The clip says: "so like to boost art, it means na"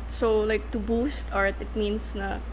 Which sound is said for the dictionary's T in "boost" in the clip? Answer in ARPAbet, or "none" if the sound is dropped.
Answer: T